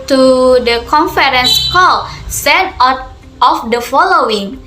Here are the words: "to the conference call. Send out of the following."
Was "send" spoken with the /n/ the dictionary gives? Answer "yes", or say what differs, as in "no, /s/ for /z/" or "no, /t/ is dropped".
no, /n/ is dropped